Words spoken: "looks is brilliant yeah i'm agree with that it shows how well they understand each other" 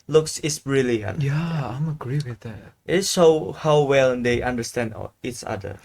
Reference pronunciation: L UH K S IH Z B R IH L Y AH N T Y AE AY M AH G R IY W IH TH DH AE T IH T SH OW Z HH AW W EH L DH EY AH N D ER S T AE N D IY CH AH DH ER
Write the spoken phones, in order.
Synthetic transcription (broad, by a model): L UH K S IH S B R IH L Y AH N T Y AE AY M AH G R IY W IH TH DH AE T IH T S OW HH AW W EH L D EY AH N D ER S T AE N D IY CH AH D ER